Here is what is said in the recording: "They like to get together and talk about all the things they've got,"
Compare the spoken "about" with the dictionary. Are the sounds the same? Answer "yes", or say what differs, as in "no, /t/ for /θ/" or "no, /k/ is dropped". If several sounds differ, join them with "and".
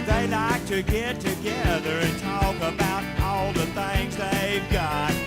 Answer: yes